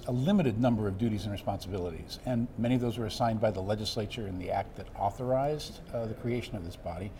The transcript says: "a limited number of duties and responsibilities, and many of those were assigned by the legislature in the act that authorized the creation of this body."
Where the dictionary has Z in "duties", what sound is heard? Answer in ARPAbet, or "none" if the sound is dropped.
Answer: Z